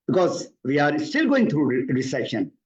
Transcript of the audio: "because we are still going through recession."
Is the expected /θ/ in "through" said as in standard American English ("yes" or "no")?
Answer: no